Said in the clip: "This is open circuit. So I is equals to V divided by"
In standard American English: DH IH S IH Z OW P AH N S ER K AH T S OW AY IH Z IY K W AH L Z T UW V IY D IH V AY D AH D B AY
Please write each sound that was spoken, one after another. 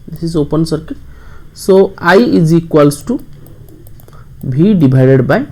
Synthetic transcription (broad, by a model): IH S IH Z OW P AH N S ER K AH T S OW AY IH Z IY K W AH L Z T UW B IY D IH B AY D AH D B AY